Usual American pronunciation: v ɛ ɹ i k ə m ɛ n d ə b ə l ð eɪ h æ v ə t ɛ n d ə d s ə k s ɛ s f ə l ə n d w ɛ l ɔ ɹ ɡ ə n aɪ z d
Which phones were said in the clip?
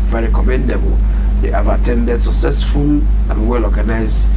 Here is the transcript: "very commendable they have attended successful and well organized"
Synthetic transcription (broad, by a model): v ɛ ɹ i k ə m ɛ n d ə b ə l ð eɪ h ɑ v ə t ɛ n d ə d s ə k s ɛ s f ə l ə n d w ɛ l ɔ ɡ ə n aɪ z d